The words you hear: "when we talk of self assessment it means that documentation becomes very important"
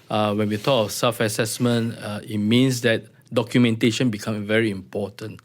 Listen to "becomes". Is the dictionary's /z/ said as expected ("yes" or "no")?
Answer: no